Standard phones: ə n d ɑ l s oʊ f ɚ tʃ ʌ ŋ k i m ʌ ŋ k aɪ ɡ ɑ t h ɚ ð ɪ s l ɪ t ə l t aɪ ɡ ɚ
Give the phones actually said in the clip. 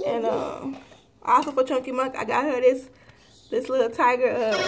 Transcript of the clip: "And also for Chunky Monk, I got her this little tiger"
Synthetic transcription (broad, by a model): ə n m ɑ l s oʊ f ɚ tʃ ʌ ŋ k i m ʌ k aɪ ɡ ɑ t h ɚ ð ɪ s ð ɪ s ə l t aɪ ɡ ɚ